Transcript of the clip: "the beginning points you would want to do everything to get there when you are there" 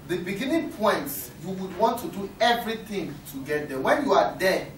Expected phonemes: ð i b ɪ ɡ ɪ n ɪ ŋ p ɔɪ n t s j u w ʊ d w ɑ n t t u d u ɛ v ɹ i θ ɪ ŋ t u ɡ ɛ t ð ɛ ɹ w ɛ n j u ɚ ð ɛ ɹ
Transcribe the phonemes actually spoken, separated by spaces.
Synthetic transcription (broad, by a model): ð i b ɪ ɡ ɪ n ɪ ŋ p ɔɪ n t j u w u d w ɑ n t t u d u ɛ v ɹ i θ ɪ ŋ t u ɡ ɛ t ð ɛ w ɛ n j u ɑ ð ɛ